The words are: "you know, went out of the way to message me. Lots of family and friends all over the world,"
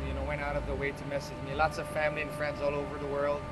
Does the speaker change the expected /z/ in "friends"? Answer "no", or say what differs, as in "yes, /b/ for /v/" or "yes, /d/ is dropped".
no